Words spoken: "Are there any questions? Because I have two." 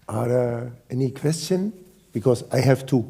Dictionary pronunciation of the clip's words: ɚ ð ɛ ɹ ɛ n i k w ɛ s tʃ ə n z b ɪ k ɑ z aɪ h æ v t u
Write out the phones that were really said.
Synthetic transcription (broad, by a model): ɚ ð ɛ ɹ ɛ n i k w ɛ s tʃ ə n b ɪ k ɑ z aɪ h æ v t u